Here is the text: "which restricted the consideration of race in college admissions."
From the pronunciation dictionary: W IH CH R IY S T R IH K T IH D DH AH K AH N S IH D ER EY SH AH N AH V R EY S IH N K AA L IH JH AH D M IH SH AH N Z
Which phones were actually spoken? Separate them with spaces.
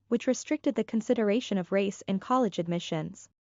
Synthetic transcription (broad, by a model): W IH CH R IY S T R IH K T IH D DH AH K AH N S IH D ER EY SH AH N AH V R EY S IH N K AA L IH JH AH D M IH SH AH N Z